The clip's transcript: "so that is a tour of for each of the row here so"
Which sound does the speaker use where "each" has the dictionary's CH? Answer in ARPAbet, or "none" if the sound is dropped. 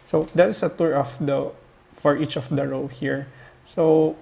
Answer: CH